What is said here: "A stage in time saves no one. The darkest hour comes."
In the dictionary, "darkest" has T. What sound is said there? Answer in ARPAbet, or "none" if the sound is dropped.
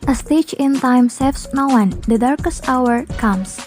T